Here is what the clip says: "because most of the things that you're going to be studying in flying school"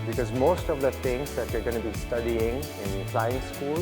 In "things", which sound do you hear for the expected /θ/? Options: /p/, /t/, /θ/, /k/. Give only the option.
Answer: /t/